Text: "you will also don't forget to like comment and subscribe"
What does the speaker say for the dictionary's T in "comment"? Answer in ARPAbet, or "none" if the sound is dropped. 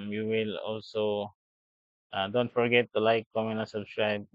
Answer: none